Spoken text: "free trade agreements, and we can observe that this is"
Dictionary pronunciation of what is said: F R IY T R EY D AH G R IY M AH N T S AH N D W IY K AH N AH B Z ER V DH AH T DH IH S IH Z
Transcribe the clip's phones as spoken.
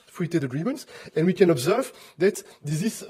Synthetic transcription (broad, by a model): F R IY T EY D AH G R IY M AH N T S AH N W IY K AH N AH B Z ER V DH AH T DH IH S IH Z